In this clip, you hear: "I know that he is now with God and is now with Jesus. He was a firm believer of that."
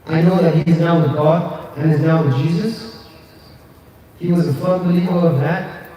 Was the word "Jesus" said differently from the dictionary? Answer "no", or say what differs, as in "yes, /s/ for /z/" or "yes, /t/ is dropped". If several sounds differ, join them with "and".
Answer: no